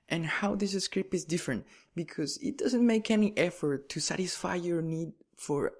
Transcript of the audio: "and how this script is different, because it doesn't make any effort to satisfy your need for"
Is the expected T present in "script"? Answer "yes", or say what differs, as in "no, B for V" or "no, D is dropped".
no, T is dropped